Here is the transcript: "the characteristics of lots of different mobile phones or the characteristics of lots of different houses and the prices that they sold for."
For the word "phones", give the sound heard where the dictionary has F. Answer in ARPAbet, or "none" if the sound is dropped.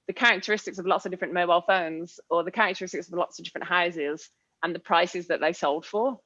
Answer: F